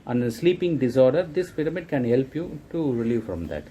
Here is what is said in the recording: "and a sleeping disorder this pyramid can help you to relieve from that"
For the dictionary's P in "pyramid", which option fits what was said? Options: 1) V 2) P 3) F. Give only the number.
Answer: 3